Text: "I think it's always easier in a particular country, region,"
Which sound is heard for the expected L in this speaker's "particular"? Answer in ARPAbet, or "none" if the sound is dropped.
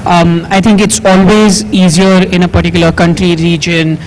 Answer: L